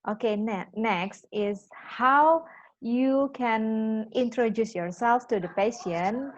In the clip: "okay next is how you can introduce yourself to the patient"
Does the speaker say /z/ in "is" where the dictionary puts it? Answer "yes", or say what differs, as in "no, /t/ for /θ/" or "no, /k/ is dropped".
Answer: no, /s/ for /z/